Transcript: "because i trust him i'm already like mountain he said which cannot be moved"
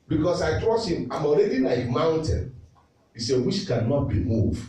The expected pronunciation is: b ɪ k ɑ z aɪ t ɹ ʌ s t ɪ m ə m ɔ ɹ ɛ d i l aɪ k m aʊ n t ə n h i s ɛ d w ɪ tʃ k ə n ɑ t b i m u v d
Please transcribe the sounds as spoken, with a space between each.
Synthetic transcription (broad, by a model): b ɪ k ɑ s aɪ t ɹ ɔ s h ɪ m ə m ɔ ɹ ɛ d i n aɪ m aʊ n t ə n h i s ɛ w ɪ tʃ k ə n ɑ t b i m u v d